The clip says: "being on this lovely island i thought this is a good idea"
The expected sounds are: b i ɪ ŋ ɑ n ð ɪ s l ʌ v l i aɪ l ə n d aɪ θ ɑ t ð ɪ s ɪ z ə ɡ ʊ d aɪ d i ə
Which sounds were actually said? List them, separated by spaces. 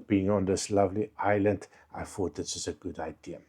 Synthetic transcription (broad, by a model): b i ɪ ŋ ɑ n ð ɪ s l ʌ v l i aɪ l ə n d aɪ f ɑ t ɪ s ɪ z ə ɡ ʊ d aɪ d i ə